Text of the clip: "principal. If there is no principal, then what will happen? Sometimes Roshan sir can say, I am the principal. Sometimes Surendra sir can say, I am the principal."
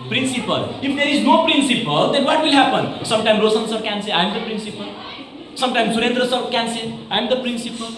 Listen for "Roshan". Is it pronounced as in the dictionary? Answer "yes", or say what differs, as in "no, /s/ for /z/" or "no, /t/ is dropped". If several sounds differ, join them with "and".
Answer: no, /s/ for /ʃ/